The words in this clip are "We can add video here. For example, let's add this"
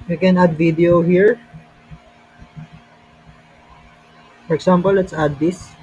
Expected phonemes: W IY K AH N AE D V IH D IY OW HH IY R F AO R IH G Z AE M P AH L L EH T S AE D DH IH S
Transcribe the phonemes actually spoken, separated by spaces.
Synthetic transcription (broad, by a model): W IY K AH N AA D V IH D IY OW HH IY R F AO R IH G S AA M P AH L L EH T S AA D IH S